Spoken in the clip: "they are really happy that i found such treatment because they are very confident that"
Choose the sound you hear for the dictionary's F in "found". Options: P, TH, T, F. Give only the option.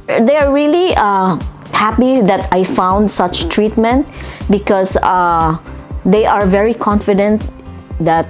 F